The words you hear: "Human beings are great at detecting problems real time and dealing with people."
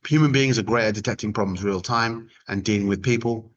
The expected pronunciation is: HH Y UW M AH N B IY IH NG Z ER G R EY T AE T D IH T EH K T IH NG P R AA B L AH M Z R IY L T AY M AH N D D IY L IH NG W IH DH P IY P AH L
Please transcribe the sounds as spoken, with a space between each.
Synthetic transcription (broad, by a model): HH Y UW M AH N B IY IH NG Z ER G R EY T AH D IH T EH K T IH NG P R AA B L AH M Z R IY L T AY M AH N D D IY L IH NG W IH DH P IY P AH L